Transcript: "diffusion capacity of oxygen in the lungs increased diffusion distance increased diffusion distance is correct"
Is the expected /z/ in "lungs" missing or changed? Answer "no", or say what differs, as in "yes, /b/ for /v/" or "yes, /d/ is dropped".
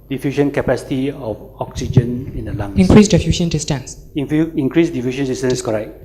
yes, /z/ is dropped